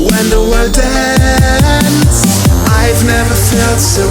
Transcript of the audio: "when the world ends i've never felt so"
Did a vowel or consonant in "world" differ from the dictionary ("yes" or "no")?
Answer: yes